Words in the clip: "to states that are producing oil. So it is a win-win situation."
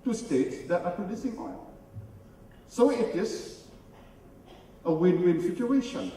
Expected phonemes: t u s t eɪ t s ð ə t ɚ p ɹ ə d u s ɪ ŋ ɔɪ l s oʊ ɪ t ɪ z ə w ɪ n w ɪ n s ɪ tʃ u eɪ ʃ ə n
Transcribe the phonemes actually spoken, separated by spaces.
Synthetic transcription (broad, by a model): t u s t eɪ t s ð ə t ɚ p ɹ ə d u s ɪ ŋ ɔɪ n s oʊ ɪ t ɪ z ə w ɪ n w ɪ n s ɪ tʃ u eɪ ʃ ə n